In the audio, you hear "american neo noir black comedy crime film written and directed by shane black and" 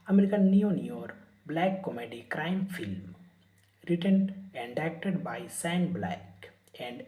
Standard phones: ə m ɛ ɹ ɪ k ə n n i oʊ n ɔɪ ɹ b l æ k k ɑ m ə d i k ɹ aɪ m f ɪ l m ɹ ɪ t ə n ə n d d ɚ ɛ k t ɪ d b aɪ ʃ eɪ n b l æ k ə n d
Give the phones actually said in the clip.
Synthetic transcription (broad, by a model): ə m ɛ ɹ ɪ k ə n n i oʊ n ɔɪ ɹ b l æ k k ɑ m ə d i k ɹ aɪ m f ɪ l m ɹ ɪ t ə n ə n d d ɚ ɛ k t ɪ d b aɪ s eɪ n b l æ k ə n d